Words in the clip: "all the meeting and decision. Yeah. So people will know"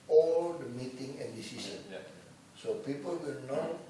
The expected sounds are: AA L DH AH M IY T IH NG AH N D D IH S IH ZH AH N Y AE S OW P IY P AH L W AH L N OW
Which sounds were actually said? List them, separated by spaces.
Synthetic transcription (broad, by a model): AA L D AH M IY T IH NG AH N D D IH S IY S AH N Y S OW P IY P AH L W AH L N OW